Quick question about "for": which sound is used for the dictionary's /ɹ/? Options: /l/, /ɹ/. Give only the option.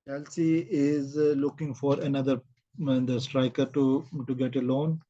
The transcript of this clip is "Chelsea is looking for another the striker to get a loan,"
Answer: /ɹ/